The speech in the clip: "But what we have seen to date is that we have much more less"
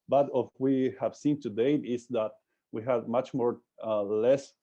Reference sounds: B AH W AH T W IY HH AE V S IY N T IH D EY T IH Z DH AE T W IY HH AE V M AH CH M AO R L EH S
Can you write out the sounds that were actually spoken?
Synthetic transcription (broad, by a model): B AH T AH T W IY HH AE V S IY N T IH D EY IH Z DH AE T W IY HH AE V M AH CH M AO R L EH S